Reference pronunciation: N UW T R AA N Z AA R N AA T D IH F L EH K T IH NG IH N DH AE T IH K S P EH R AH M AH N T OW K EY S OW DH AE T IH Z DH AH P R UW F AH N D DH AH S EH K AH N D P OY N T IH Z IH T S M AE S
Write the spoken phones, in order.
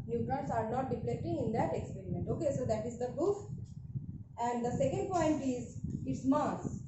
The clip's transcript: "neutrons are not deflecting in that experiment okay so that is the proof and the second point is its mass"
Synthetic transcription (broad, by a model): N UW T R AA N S AA R N AA T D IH P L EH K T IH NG IH N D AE T IH K S P EH R AH M AH N T OW K EY S OW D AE T IH Z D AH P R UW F AH N D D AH S EH K AH N D P OY N T IH Z IH T S M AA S